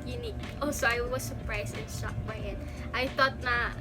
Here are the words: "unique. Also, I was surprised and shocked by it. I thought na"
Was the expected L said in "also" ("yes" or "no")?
no